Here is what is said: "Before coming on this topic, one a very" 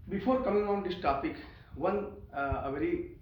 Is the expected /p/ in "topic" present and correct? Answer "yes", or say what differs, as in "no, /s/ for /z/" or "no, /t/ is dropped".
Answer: yes